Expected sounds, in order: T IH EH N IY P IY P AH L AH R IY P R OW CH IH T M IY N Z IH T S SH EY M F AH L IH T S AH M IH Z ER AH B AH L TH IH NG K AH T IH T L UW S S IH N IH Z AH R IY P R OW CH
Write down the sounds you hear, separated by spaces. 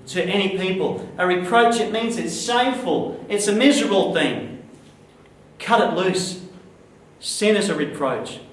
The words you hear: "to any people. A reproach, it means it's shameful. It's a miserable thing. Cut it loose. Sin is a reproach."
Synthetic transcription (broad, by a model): T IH EH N IY P IY P AH L AH R IY P R OW CH IH T M IY N Z IH T S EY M F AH L IH T S AH M IH Z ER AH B L TH IH NG K AH T IH T L UW S S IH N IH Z AH R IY P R OW CH